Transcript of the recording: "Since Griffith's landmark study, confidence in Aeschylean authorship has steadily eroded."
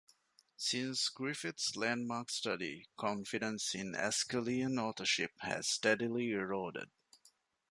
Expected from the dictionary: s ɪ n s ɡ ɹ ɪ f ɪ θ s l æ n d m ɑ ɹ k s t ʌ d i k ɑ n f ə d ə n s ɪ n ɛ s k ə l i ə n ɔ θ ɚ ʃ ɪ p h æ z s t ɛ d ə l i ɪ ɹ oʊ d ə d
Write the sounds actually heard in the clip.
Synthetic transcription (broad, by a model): s ɪ n s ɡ ɹ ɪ f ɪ t s l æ n d m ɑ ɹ k s t ʌ d i k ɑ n f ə d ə n s ɪ n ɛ s k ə l i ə n ɔ t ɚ ʃ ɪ p h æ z s t ɛ d ə l i ɪ ɹ oʊ d ə d